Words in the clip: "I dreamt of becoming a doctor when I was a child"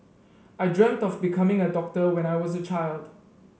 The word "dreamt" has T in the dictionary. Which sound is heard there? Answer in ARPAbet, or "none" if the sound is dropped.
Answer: T